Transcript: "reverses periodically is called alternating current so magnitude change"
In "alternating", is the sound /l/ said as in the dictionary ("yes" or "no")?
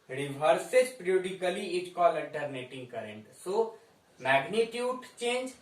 no